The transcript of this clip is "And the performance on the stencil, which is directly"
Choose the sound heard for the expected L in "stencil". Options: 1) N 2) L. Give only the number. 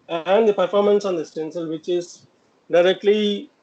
2